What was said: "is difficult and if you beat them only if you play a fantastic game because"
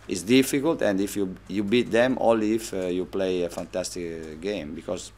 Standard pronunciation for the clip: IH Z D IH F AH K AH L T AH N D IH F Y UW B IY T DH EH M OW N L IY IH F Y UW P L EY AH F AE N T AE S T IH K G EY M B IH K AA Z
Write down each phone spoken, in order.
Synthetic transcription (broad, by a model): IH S D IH F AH K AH L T AH N D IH F Y UW B IY T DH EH M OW L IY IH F Y UW P L EY AH F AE N T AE S T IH K G EY M B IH K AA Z